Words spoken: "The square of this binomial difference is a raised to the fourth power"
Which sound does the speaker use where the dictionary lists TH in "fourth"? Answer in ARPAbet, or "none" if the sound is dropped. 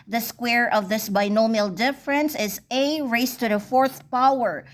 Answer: TH